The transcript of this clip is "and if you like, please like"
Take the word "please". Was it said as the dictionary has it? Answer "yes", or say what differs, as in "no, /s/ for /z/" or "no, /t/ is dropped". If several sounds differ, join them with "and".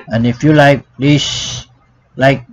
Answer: no, /s/ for /z/